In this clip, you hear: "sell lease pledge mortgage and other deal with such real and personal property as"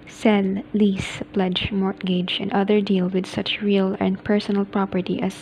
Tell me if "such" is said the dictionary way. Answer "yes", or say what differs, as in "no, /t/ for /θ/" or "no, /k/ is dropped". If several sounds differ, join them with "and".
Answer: yes